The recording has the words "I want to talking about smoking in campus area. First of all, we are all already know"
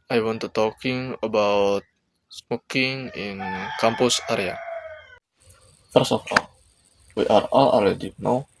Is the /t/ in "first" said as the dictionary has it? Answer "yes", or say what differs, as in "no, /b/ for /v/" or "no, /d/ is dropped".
no, /t/ is dropped